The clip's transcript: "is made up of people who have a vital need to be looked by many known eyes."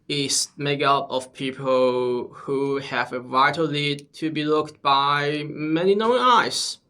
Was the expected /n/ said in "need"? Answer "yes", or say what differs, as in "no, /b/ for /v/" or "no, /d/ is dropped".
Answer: no, /l/ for /n/